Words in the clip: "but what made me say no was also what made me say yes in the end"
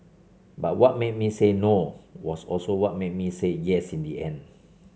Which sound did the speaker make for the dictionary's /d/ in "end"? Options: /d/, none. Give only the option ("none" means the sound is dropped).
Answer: none